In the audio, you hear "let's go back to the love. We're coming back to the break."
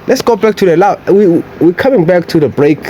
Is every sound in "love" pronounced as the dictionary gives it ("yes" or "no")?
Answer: no